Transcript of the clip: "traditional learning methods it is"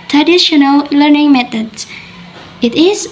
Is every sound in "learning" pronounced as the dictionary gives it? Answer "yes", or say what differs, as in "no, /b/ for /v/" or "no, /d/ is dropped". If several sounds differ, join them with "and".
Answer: yes